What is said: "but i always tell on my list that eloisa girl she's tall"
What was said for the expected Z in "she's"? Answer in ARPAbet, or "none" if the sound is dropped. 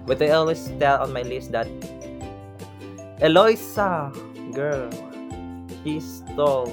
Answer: S